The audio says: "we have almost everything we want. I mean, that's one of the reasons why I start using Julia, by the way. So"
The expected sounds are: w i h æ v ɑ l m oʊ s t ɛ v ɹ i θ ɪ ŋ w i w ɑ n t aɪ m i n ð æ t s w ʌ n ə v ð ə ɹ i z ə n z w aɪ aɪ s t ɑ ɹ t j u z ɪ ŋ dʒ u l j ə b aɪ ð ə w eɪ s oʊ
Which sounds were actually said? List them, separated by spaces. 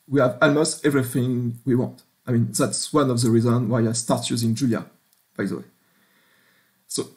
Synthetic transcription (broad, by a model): w i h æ v ɑ l m oʊ s t ɛ v ɹ i θ ɪ ŋ w i w ɑ n t aɪ m i n ð æ t s w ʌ n ə v ð ə ɹ i z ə n w aɪ aɪ s t ɑ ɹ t j u z ɪ ŋ dʒ u l j ə b aɪ ð ə w eɪ s oʊ